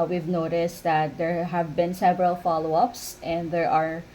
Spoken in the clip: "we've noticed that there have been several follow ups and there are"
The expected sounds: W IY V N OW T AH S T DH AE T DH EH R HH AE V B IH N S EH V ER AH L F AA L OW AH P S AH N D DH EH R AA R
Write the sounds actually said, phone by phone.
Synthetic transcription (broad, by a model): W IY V N OW T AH S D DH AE T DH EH R HH AE V B IH N S EH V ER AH L F AA L OW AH P S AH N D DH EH R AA R